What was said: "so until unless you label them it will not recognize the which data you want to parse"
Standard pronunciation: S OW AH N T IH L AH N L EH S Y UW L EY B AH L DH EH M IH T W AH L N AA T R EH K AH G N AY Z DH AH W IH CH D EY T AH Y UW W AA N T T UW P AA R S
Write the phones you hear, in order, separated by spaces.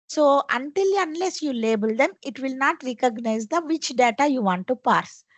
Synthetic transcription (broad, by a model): S OW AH N T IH L AH N L EH S Y UW L EY B AH L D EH M IH T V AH L N AA T R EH K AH G N AY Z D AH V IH CH D EY T AH Y UW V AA N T T UW P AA R S